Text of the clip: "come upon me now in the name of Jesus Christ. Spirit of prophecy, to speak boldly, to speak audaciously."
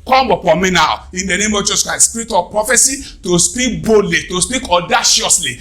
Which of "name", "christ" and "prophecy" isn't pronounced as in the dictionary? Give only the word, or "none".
christ